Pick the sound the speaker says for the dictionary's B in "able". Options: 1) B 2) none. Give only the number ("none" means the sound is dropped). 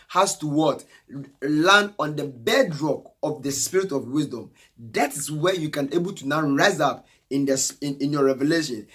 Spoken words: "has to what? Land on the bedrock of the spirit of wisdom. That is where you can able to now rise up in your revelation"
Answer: 1